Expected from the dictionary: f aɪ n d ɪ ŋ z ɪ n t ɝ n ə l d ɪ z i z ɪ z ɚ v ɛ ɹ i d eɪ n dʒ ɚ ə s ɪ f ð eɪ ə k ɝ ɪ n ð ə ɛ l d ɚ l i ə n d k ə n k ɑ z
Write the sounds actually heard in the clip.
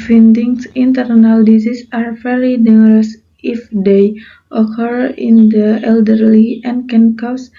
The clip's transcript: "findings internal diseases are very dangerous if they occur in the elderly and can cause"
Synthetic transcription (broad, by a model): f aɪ n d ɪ ŋ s ɪ n t ɝ n ə l d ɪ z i s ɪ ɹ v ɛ ɹ i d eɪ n ɚ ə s ɪ f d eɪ ə k ɝ ɪ n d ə ɛ l d ɚ l i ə n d k ə n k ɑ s